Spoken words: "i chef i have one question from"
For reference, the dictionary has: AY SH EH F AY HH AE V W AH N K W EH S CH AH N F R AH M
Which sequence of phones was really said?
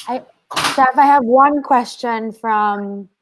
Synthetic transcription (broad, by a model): AY S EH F AY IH V W AH N K W EH S CH AH N F R AH M